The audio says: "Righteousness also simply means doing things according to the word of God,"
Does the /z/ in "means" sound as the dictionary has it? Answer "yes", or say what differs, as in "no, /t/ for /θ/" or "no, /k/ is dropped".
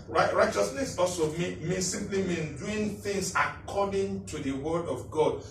no, /z/ is dropped